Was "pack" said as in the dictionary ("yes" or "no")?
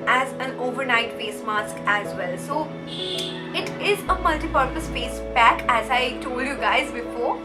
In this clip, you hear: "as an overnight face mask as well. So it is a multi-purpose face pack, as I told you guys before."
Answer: no